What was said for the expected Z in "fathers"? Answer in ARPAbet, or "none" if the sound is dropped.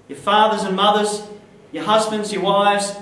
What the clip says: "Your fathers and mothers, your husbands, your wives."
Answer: Z